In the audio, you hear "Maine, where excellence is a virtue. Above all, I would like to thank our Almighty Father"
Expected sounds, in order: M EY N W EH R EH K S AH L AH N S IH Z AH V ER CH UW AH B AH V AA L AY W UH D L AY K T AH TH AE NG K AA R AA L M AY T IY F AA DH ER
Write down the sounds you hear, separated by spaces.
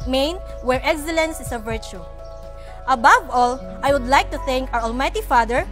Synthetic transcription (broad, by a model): M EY N W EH R EH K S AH L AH N S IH S AH V ER CH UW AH B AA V AA L AY W UH D L AY K T AH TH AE NG K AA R AA L M AY T IY F AA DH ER